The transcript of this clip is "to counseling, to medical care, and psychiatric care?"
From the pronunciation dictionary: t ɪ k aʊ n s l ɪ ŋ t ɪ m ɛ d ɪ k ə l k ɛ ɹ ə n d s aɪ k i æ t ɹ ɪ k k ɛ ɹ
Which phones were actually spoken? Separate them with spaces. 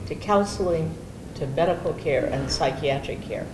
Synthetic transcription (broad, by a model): t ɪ k aʊ n s l ɪ ŋ t ɪ m ɛ d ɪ k l k ɛ ɹ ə n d s aɪ k i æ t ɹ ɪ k k ɛ ɹ